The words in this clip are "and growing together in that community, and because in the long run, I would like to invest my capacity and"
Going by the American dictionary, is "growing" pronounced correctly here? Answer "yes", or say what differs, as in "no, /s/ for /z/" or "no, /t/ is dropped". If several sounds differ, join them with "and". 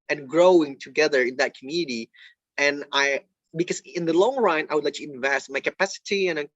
yes